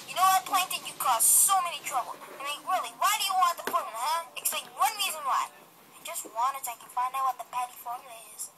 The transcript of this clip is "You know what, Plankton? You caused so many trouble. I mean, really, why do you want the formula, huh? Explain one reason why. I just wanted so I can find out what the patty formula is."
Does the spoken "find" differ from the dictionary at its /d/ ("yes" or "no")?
yes